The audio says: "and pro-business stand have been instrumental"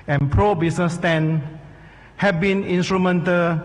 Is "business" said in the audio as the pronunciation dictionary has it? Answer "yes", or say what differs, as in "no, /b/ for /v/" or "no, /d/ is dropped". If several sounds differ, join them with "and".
no, /s/ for /z/